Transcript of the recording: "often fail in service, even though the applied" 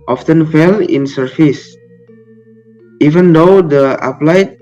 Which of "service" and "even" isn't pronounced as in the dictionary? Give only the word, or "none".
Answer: service